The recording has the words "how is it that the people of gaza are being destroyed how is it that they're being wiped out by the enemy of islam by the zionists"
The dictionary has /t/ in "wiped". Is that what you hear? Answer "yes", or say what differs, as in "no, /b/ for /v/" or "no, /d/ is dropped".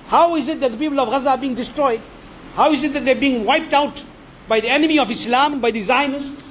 yes